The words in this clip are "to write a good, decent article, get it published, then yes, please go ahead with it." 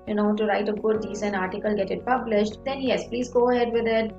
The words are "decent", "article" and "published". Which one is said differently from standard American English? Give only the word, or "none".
decent